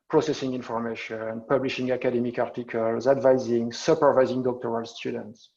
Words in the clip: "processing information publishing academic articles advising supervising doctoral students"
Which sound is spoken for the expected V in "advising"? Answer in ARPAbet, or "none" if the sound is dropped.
V